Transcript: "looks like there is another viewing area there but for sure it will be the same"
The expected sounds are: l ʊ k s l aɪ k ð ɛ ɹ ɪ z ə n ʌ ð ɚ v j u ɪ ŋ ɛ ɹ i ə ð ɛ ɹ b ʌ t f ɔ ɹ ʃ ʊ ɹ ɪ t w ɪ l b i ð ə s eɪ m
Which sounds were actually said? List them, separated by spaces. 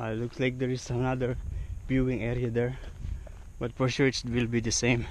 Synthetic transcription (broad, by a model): l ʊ k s l aɪ k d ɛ ɹ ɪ s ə n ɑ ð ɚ b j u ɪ ŋ ɛ ɹ i ə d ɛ ɹ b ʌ t f ɔ ɹ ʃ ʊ ɹ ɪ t w ɪ l b i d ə s eɪ m